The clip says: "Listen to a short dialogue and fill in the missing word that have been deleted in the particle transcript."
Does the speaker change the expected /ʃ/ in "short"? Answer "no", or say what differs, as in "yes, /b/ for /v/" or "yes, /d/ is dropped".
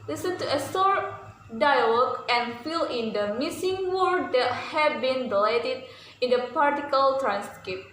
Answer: yes, /s/ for /ʃ/